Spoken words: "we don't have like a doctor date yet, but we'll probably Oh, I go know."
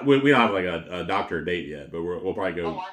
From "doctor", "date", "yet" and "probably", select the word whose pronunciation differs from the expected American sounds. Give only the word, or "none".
none